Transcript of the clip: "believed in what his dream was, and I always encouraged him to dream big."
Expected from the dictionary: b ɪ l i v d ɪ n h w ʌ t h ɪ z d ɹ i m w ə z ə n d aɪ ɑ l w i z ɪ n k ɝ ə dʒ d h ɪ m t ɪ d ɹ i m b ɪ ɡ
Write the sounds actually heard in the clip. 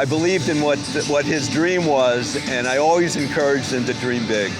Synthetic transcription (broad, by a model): b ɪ l i v d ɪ n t w ʌ t h ɪ z d ɹ i m w ə z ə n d aɪ ɑ l w i z ɪ n k ɝ ə dʒ d h ɪ m t ɪ d ɹ i m b ɪ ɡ